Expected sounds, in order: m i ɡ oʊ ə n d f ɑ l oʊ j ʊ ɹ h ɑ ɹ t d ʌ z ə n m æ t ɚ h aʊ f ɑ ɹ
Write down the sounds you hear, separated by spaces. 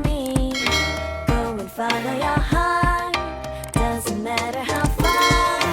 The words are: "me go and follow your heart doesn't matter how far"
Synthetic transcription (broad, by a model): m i ɡ oʊ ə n f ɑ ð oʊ j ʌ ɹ h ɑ d ʌ z ə n m æ t ɚ h aʊ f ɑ